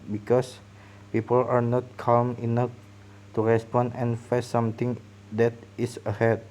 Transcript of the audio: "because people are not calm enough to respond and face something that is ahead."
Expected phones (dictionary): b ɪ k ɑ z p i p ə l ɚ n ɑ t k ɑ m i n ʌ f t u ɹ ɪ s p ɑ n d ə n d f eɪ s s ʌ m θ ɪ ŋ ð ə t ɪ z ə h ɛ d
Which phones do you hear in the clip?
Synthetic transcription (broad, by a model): b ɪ k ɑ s p i p ə l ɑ n ɑ t k ɑ m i n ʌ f t u ɹ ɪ s p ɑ n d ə n f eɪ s s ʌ m t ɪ ŋ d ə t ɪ s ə h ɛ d